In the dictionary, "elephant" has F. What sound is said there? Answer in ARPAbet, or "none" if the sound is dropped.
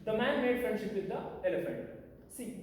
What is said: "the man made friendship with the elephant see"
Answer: F